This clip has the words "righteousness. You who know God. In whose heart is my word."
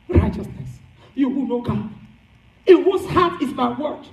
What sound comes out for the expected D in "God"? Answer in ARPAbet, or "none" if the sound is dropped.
none